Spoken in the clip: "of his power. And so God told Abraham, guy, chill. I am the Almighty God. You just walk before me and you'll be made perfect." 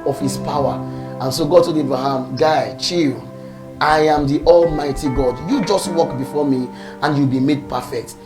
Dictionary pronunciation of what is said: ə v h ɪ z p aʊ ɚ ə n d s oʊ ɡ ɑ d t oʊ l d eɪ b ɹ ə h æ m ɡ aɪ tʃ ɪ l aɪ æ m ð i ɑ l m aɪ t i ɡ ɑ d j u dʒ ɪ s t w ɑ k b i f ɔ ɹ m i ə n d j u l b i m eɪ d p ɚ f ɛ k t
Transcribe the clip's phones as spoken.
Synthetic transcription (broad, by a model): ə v h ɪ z p aʊ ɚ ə n s oʊ ɡ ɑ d t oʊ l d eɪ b ɹ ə h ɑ m ɡ aɪ tʃ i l aɪ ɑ m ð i ɑ l m aɪ t i ɡ ɑ d j u dʒ ɪ s t w ɑ k b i f ɔ m i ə n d j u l b i m eɪ d p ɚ f ɛ k t